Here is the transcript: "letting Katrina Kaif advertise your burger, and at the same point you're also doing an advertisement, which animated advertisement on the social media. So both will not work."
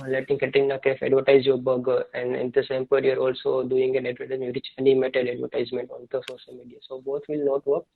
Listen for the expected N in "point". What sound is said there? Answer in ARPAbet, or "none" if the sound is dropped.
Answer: none